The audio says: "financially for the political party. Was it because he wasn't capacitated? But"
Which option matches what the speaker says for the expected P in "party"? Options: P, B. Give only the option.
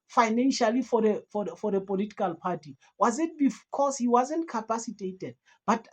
P